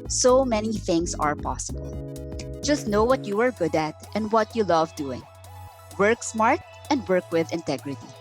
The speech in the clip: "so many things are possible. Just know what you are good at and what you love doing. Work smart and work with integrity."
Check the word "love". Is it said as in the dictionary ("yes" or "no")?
yes